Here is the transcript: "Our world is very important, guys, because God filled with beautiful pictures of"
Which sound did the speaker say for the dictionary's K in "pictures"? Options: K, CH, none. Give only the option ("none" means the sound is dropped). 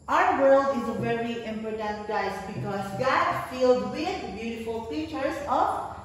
none